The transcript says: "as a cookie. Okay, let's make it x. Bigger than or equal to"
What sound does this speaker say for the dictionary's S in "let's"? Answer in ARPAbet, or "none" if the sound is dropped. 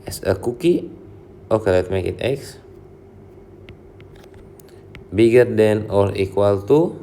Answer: none